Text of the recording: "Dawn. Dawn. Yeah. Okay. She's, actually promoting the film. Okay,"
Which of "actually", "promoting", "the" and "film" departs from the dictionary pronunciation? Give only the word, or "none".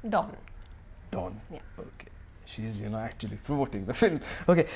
promoting